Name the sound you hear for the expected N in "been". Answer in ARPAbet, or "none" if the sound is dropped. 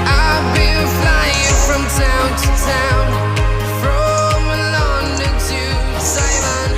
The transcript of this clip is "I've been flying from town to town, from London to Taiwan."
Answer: L